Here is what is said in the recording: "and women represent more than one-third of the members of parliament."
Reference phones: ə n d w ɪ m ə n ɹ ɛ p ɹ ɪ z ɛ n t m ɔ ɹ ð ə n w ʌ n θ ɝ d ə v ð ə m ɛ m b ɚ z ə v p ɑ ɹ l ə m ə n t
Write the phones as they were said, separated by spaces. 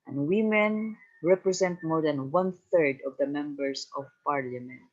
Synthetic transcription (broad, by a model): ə n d w ɪ m ə n ɹ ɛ p ɹ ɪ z ɛ n t m ɔ ɹ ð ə n w ʌ n θ ɝ d ə v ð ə m ɛ m b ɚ s ə v p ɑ ɹ l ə m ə n t